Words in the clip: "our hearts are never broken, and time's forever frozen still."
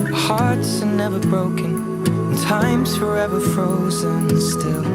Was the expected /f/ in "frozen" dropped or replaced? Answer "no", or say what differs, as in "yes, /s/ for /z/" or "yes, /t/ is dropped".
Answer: no